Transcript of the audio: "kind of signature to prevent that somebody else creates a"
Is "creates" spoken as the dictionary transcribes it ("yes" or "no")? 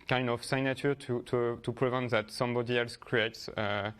yes